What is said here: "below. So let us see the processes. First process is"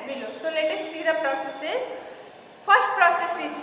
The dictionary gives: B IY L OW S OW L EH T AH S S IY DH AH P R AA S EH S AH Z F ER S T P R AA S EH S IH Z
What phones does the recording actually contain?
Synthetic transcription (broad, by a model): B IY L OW S OW L EH T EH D S IY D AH P R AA S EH S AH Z P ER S T P R AA S EH S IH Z